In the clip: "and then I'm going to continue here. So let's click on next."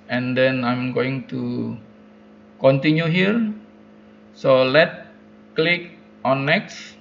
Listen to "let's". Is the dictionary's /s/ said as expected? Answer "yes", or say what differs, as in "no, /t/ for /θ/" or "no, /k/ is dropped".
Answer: no, /s/ is dropped